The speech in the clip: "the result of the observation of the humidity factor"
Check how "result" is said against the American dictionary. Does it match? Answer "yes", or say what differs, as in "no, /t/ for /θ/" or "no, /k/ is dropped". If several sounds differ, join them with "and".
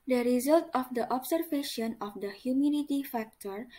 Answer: yes